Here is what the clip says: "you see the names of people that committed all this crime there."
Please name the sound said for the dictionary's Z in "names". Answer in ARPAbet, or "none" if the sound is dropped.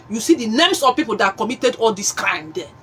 S